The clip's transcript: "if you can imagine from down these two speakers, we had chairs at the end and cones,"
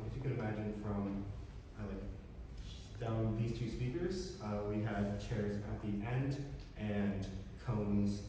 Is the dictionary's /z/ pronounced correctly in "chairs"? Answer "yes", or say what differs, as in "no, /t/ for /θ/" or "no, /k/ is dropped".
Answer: yes